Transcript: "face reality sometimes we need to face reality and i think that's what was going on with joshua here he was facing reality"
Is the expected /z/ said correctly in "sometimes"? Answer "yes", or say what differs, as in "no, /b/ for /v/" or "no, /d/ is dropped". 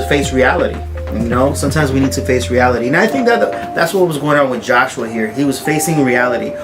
yes